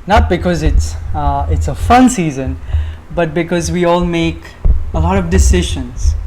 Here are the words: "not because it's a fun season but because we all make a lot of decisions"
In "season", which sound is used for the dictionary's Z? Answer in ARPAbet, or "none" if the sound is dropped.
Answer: Z